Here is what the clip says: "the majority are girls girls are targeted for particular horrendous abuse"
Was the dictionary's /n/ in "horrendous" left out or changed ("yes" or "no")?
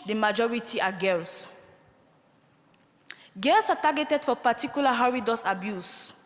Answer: yes